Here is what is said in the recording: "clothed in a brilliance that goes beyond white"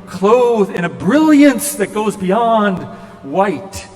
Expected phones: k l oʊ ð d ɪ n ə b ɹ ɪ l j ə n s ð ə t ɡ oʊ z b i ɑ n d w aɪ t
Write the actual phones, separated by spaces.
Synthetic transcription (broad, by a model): k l oʊ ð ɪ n ə b ɹ ɪ l j ə n s ð ə t ɡ oʊ z b i ɑ n d w aɪ t